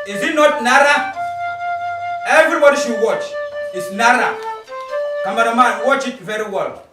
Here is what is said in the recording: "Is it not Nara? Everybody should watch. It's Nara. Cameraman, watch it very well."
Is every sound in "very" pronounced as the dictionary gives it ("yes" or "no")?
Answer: yes